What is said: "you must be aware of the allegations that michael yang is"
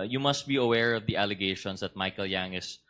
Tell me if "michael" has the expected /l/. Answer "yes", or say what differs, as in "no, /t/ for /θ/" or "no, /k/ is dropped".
yes